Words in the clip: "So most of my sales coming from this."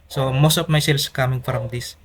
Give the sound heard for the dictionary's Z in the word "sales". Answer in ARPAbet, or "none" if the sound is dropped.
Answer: S